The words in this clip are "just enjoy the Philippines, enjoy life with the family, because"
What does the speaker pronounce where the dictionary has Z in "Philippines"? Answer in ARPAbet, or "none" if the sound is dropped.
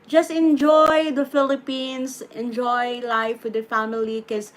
S